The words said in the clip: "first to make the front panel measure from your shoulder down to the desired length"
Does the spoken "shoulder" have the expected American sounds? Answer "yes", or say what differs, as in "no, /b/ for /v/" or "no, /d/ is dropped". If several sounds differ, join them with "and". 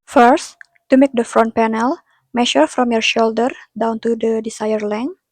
yes